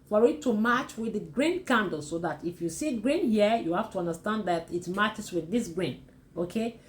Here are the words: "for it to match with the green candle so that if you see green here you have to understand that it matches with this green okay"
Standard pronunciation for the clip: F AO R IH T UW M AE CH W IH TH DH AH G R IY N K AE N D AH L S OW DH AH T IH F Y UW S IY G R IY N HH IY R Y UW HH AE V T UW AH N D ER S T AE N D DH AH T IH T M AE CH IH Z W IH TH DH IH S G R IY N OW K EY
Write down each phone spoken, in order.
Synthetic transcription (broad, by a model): F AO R IH T UW M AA CH W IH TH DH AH G R IY N K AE N D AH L S OW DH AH T IH F Y UW S IY G R IY N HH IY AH Y UW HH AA F T UW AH N D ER S T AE N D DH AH T IH T M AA CH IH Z W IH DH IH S G R IY N OW K EY